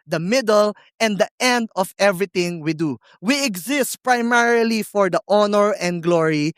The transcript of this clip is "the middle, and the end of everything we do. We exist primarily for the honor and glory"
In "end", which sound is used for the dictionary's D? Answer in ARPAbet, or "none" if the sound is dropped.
D